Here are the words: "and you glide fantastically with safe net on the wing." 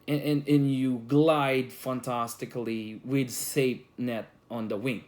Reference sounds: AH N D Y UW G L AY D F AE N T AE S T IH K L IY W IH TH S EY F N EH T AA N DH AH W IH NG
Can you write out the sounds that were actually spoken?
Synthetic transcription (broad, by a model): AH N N Y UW G L AY D F AE N T AE S T IH K L IY W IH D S EY P N EH T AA N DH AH W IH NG